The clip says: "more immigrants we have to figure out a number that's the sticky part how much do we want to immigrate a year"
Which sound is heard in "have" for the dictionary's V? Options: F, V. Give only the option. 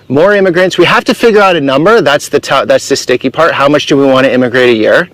F